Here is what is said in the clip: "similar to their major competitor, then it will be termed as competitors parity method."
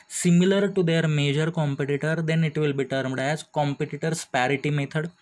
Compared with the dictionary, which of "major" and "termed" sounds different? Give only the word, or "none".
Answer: none